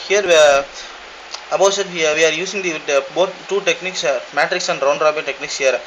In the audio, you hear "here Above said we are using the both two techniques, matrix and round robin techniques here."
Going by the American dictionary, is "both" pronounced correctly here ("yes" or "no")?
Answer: no